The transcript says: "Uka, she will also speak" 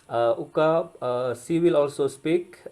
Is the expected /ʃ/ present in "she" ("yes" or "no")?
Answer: no